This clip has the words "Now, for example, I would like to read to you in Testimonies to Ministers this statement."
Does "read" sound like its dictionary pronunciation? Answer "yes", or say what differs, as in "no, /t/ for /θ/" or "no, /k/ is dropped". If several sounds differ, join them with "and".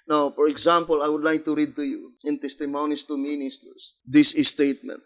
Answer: yes